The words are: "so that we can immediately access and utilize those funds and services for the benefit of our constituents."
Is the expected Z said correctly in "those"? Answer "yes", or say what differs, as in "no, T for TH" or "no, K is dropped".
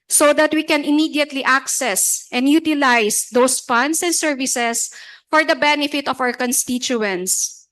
no, S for Z